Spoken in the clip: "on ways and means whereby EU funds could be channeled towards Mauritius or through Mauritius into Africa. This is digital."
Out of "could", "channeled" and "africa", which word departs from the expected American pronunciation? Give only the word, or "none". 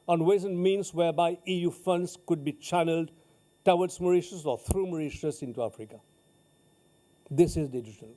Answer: none